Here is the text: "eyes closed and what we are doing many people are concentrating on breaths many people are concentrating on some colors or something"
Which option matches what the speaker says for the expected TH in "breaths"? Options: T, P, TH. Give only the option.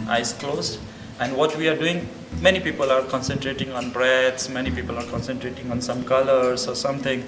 T